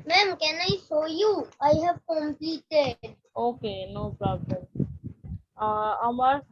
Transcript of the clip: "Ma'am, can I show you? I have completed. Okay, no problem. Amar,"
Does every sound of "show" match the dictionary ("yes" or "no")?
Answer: no